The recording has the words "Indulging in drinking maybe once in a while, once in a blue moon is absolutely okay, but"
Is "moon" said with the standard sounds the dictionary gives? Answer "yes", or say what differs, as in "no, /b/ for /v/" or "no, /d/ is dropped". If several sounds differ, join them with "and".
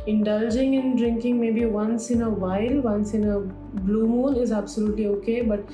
no, /l/ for /n/